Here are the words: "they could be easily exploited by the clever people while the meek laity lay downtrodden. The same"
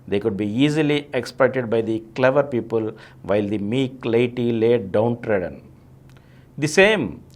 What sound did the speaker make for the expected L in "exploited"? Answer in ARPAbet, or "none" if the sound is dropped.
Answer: none